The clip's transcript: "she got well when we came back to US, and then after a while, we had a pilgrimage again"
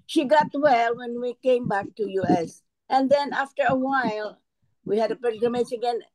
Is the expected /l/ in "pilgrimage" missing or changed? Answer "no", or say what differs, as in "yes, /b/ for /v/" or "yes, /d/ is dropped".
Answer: yes, /l/ is dropped